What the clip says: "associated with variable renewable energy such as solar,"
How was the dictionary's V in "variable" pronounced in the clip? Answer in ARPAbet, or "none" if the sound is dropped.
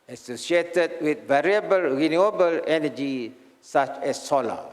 V